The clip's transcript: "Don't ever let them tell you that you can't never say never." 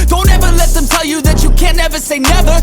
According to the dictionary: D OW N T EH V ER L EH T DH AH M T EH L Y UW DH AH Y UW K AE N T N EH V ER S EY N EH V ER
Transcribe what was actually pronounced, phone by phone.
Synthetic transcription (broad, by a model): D OW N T EH V ER L EH T DH AH M T EH L Y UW DH AH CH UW K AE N N EH V ER S EY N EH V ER